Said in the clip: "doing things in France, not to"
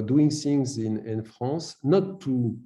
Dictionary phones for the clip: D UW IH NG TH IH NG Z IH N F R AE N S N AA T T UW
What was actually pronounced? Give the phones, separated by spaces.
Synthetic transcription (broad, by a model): D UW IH NG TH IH NG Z IH N F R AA S N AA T T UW